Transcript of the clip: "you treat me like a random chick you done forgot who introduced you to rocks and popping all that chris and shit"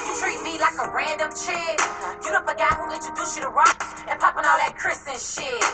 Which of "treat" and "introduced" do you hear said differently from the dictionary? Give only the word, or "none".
introduced